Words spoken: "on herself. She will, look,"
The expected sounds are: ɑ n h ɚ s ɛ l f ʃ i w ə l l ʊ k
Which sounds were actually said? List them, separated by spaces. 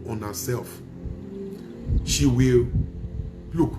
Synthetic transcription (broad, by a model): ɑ n h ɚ s ɛ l f ʃ i w ə l l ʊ k